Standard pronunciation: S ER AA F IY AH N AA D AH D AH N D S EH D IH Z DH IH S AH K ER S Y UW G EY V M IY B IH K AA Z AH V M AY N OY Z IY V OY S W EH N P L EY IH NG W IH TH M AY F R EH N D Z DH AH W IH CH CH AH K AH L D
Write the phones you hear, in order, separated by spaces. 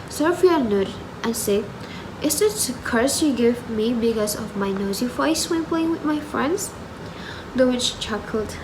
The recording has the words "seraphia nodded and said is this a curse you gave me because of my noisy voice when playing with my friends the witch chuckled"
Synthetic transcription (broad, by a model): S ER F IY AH N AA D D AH N S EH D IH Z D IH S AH K ER S Y UW G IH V M IY B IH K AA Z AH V M AY N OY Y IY F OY S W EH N P L EY IH NG W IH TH M AY F R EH N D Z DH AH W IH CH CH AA K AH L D